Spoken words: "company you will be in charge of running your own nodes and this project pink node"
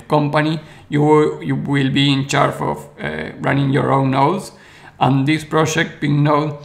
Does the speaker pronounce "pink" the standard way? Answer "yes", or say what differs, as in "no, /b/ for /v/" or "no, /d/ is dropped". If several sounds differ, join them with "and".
no, /b/ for /p/